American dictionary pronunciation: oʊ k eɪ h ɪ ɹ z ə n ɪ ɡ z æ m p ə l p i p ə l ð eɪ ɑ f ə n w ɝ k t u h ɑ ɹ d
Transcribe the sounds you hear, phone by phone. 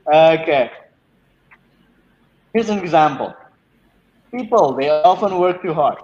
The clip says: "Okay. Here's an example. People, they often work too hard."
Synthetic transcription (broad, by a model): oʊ k eɪ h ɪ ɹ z ə n ɪ ɡ z æ m p ə l p i p ə l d eɪ ɑ f ə n w ɝ k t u h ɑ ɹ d